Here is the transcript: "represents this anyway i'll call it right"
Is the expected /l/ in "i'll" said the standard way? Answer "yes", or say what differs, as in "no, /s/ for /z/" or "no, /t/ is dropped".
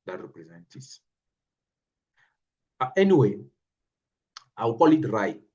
no, /w/ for /l/